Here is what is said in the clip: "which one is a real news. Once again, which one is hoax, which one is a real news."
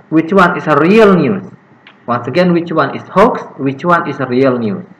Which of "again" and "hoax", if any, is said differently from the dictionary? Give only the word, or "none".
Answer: none